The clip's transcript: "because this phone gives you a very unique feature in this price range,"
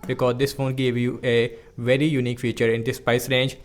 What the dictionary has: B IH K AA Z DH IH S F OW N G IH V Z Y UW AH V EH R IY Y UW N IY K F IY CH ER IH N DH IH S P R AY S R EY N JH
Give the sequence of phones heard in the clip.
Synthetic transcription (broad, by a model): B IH K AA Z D IH S F OW N G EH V Y UW AH V EH R IY Y UW N IY K F IY CH ER IH N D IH S P AY S R EY N JH